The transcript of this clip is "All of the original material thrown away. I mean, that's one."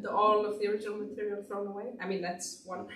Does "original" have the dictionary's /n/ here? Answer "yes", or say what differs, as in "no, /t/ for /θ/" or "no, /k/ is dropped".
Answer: no, /n/ is dropped